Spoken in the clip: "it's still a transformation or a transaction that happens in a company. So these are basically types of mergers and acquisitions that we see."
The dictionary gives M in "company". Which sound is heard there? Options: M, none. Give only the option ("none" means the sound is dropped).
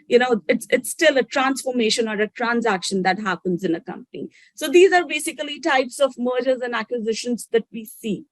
M